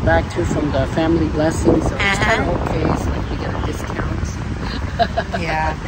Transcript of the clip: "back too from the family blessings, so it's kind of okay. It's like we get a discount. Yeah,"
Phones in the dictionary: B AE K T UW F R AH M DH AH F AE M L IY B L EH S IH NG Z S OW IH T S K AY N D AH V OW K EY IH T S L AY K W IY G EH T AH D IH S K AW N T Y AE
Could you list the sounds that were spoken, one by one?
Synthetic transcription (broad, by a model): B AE K T UW F R AH M DH AH F AE M L IY B L EH S IH NG Z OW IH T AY D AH B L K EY IH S L AY K W IY G EH T AH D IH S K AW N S Y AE